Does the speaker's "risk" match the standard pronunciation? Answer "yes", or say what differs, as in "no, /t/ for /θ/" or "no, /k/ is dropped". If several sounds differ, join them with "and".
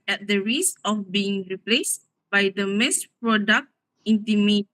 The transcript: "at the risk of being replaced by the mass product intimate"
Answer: no, /k/ is dropped